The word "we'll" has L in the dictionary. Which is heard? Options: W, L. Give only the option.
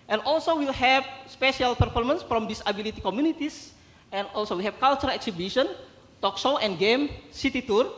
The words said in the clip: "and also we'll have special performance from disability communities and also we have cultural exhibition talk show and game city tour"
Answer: L